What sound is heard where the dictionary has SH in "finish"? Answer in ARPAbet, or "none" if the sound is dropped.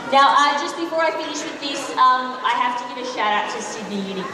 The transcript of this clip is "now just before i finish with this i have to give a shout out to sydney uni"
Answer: SH